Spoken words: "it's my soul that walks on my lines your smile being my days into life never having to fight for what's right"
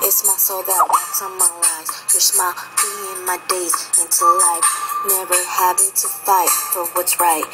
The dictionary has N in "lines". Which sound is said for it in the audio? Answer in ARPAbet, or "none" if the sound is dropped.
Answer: none